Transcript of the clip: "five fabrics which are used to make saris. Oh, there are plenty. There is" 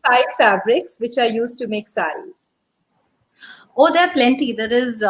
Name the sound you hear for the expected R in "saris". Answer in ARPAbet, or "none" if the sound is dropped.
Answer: none